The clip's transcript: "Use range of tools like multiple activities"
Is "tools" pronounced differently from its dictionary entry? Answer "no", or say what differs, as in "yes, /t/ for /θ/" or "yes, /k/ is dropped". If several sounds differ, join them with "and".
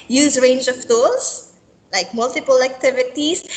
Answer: yes, /l/ is dropped